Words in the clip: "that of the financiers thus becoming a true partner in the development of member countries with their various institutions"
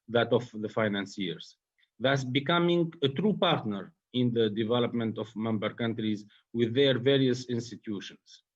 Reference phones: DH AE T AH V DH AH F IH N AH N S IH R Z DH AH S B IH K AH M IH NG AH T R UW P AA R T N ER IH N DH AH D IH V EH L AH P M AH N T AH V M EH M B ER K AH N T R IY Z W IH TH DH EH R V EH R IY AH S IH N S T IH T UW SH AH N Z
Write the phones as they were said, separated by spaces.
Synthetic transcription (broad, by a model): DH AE T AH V DH AH F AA N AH N S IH R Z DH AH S B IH K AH M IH NG AH T R UW P AA R T N ER IH N DH AH D IH V EH L AH P M AH N T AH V M EH M B ER K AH N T R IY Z W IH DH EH R V EH R IY AH S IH N S T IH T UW SH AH N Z